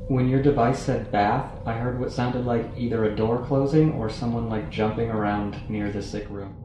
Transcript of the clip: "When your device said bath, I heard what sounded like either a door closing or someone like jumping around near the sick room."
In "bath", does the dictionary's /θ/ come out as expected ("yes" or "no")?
yes